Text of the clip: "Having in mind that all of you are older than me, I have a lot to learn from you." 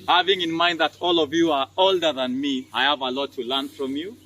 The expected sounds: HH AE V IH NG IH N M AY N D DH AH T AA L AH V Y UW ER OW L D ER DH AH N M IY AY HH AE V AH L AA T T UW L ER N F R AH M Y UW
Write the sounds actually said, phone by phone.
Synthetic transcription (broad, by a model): HH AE V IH NG IH N M AY N D DH AH T AA L AH V Y UW ER OW L D ER DH AH N M IY AY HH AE V AH L AA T T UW L ER N F R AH M Y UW